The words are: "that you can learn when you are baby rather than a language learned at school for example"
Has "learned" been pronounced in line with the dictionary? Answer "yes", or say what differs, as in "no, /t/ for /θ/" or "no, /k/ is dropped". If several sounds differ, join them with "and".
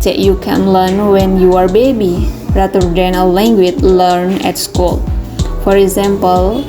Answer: no, /d/ is dropped